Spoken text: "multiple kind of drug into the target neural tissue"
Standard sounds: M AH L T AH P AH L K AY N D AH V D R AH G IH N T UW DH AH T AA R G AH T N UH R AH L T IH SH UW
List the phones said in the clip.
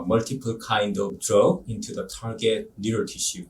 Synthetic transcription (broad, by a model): M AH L T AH P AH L K AY N D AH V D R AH IH N T UW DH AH T AA R G AH T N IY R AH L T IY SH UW